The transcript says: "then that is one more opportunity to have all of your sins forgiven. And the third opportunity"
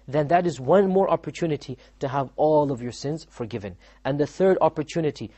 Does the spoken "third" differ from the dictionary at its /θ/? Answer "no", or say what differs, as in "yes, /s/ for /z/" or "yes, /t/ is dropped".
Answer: no